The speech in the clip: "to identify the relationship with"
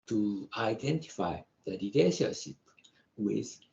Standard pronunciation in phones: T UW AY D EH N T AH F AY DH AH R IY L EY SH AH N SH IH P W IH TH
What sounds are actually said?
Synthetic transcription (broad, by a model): T UW AY D EH N T AH F AY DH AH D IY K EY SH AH SH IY P W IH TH